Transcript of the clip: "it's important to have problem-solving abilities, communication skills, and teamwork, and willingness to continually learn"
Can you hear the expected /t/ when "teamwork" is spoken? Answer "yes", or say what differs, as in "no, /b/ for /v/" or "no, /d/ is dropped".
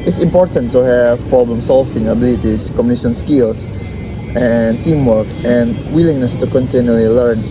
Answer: yes